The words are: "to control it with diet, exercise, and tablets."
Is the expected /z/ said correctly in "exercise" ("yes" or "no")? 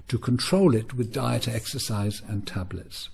yes